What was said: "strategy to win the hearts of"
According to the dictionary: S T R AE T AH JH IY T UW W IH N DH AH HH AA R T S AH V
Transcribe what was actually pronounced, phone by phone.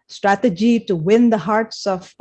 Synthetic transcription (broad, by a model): S T R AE T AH JH IY T UW W IH N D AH HH AA R T S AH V